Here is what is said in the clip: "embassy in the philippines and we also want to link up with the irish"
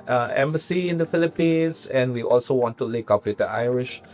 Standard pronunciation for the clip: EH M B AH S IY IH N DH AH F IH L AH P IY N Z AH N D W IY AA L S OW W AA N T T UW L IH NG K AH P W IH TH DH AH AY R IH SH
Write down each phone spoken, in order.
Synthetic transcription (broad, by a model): EH M B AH S IY IH N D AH F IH L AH P IY N S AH N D W IY AA L S OW W AA N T T UW L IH K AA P W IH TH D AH AY R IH SH